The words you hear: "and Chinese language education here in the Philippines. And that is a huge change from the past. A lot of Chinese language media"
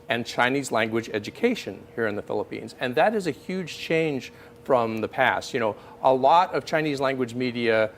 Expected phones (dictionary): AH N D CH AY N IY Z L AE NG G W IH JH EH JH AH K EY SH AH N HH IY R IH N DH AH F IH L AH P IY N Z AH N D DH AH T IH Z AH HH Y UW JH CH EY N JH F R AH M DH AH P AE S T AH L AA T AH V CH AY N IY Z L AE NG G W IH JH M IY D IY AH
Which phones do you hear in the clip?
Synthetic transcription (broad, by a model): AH N CH AY N IY Z L AE NG G W IH JH EH JH AH K EY SH AH N HH IY R IH N DH AH F IH L AH P IY N Z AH N DH AH T IH Z AH HH Y UW JH CH EY N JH F R AH M DH AH P AE S T AH L AA T AH V CH AY N IY Z L AE NG G W IH JH M IY D IY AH